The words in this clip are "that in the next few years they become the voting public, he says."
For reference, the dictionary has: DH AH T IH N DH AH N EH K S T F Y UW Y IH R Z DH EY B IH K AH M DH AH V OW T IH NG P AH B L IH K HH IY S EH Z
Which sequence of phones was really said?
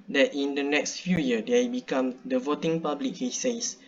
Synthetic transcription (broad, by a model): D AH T IH N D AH N EH K S T F Y UW Y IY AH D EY B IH K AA M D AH V OW T IH NG P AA B L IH K HH IY S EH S